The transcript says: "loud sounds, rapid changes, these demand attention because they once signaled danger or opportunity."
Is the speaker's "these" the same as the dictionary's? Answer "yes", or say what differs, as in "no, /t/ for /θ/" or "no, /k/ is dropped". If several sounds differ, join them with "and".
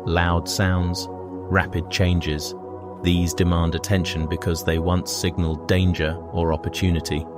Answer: yes